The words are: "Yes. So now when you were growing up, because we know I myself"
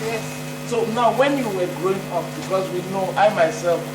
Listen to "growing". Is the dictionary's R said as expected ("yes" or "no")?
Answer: yes